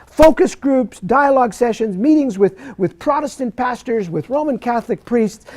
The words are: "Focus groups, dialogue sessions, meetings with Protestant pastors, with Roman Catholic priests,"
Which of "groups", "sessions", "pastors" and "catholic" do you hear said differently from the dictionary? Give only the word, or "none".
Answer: none